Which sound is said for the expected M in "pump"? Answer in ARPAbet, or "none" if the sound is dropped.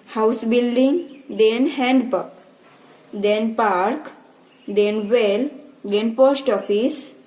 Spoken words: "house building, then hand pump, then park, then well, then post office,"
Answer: none